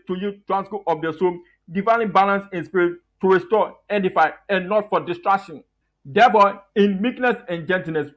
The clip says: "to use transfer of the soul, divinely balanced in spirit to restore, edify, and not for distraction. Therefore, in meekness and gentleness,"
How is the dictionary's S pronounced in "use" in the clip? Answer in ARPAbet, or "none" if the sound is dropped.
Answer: none